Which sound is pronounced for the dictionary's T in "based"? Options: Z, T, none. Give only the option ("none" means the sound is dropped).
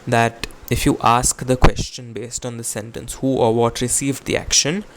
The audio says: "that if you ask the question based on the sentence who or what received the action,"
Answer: T